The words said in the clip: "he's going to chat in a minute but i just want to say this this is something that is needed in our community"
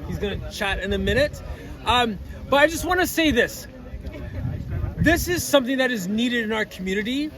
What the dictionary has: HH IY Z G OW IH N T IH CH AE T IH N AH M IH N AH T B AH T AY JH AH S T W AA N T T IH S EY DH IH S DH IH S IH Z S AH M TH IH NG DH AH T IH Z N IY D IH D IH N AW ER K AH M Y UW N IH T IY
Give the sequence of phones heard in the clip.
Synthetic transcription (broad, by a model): HH IY Z G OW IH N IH CH AE T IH N AH M IH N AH T B AH T AY JH AH S T W AA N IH S EY DH IH S DH IH S IH Z S AH M TH IH NG DH AH T IH Z N IY D IH D IH N AW ER K M Y UW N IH T IY